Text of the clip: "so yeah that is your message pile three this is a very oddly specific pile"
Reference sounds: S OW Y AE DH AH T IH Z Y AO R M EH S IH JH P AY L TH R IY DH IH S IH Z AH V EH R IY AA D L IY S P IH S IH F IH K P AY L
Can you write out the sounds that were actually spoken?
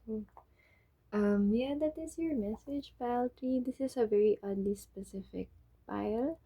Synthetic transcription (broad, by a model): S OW Y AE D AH T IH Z Y AO R M EH S IH JH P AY L T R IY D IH S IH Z AH V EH R IY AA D L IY S P IH S IH F IH K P AY L